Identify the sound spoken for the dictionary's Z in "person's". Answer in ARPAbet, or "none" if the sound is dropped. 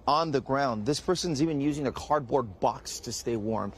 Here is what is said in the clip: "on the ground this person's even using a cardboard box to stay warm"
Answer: Z